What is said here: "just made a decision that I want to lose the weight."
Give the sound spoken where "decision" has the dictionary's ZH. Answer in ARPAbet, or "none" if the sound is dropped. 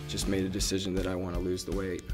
ZH